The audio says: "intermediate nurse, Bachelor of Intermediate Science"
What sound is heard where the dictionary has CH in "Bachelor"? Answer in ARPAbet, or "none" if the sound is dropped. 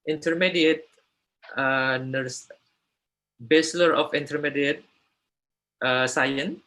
S